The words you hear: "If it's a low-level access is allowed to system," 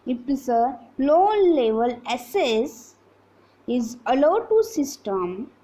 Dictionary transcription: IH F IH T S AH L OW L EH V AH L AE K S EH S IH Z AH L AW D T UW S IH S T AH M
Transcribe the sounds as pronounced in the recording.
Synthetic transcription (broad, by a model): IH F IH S AH L OW L EH V AH L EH S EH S IH Z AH L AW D T UW S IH S T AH M